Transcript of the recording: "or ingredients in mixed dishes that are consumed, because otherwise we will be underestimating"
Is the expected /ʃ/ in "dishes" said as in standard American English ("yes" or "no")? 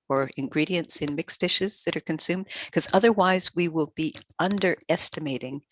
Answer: yes